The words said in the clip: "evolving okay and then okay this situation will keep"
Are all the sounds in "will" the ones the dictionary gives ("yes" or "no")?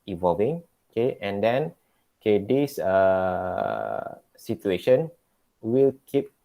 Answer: yes